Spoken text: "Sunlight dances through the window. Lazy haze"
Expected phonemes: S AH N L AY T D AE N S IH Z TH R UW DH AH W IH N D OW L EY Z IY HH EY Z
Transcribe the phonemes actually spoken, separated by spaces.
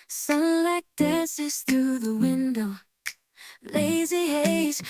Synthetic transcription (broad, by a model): S AH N L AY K D AE N S IH Z TH R UW DH AH W IH N D OW L EY Z IY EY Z